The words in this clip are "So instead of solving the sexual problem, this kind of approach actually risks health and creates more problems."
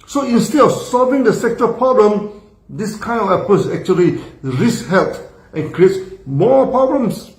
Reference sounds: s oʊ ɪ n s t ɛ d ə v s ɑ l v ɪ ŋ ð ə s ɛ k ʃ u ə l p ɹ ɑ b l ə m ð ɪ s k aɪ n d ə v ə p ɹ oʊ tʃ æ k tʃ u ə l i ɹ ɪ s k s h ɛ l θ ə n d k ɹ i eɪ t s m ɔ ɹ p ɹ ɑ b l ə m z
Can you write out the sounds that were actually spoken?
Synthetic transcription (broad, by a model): s oʊ ɪ n s t ɛ d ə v s ɑ l v ɪ ŋ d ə s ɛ k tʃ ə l p ɹ ɑ b l ə m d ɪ s k aɪ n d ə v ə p oʊ s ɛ k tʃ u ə l i ɹ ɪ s s h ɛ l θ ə n k ɹ i eɪ t s m ɔ p ɹ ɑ b l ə m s